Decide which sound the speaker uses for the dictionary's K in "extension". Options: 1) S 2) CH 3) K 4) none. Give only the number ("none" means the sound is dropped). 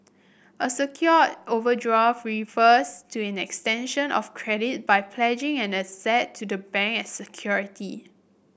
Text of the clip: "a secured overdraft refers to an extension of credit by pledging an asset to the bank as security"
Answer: 3